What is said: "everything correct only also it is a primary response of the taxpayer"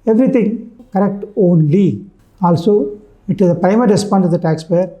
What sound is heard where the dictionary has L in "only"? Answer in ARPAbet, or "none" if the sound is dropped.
L